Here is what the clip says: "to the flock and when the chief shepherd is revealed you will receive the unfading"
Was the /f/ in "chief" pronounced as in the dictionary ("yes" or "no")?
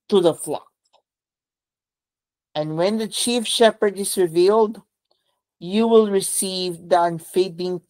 yes